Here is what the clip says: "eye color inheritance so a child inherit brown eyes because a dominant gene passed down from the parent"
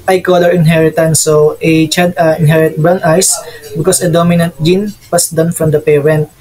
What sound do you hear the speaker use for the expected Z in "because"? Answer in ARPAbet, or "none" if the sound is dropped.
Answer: S